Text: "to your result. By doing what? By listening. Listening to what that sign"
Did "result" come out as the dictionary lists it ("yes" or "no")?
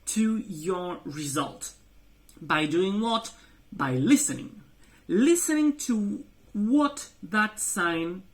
yes